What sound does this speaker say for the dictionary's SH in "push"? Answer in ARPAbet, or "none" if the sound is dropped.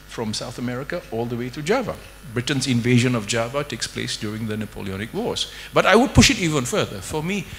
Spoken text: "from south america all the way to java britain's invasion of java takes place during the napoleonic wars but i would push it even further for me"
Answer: SH